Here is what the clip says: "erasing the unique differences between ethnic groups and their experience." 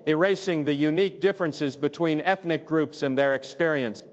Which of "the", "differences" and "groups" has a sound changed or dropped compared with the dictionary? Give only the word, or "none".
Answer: none